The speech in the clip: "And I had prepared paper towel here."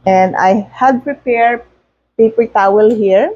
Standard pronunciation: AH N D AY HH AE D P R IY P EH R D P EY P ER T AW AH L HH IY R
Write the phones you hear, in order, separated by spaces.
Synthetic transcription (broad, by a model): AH N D AY HH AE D P R IY P EH R D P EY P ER T AW AH L HH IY R